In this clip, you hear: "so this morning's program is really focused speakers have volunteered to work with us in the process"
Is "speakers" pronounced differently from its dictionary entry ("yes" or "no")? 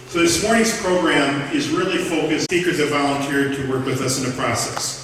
yes